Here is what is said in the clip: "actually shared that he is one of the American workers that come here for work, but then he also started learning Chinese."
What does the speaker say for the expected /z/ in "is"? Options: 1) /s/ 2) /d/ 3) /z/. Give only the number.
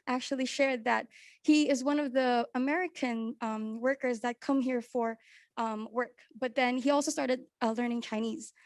3